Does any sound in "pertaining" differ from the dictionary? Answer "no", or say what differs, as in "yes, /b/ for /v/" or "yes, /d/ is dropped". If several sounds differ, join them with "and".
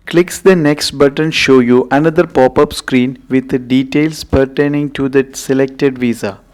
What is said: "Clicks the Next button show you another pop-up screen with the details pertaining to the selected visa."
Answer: no